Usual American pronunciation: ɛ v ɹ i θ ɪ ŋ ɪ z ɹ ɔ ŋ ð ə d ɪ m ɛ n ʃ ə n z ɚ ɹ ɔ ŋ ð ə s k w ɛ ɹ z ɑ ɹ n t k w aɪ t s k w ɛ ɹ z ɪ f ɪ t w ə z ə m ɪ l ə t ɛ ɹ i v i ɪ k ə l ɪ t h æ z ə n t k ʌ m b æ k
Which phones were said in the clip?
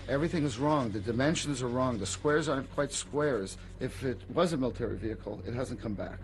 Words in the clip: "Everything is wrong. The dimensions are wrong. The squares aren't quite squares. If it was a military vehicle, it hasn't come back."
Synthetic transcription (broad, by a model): ɛ v ɹ i θ ɪ ŋ ɪ z ɹ ɔ ŋ ð ə d ɪ m ɛ n ʃ ə n z ɚ ɹ ɔ ŋ ð ə s k w ɛ ɹ z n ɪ k w aɪ t s k w ɛ ɹ z ɪ f ɪ t w ə z ə m ɪ l ə t ɛ ɹ i v i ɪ k l ɪ t h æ z n k ʌ m b æ k